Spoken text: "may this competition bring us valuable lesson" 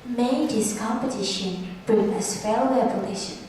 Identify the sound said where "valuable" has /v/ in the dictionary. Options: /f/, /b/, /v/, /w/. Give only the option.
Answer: /f/